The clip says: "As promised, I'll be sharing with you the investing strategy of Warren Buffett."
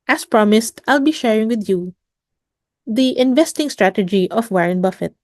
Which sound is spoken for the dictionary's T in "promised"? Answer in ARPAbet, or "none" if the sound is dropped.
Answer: T